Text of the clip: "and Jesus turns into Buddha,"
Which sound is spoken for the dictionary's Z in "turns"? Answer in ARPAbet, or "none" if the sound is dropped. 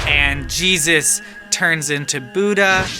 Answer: Z